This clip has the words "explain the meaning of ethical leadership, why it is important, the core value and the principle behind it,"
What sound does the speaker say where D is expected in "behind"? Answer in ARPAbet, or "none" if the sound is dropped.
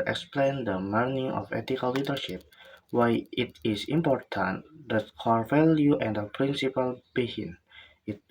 none